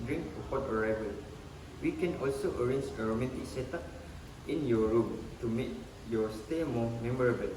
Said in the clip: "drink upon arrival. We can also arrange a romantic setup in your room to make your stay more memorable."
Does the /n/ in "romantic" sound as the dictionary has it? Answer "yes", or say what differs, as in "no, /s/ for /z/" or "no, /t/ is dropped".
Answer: no, /n/ is dropped